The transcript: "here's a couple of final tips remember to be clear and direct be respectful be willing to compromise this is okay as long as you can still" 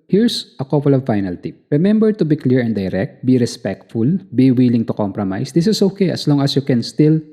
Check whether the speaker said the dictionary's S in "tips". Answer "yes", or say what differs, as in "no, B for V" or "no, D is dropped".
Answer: no, S is dropped